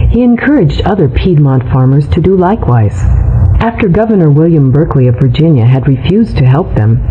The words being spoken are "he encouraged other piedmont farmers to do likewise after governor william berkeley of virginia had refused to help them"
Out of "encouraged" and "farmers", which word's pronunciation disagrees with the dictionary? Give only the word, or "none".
none